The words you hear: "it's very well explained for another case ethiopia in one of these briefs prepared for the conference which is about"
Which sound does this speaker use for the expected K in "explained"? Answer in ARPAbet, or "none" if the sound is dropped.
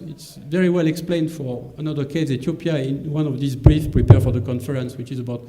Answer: K